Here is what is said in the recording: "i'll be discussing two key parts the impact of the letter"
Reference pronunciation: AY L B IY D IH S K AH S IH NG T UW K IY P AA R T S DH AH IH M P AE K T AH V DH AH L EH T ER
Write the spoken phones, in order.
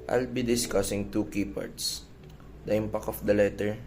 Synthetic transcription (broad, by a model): AY L B IY D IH S K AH S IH NG T UW K IY P AA R T S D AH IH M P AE K AH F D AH L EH T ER